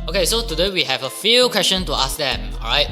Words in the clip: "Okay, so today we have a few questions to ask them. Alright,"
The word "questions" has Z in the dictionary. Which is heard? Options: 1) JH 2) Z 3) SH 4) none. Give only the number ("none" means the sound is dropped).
4